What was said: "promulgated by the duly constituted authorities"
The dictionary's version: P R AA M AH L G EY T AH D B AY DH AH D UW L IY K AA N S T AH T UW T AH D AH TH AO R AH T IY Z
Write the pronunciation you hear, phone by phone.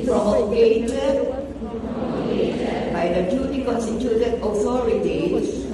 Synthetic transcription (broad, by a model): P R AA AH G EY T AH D B AY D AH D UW N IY K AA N S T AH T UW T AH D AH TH AO R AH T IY